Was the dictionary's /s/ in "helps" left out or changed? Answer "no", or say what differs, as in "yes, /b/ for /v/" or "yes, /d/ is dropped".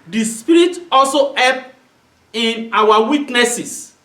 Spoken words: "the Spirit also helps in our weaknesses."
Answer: yes, /s/ is dropped